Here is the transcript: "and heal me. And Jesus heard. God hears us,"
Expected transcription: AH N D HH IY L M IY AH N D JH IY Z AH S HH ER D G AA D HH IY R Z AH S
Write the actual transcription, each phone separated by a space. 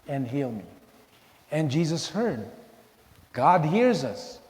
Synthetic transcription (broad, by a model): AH N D HH IY L M IY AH N JH IY Z AH S HH ER D G AA D HH IY R Z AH S